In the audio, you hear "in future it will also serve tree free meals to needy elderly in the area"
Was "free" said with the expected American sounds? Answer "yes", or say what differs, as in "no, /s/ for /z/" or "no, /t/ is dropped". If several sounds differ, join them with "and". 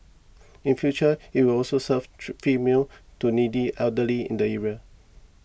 no, /ɹ/ is dropped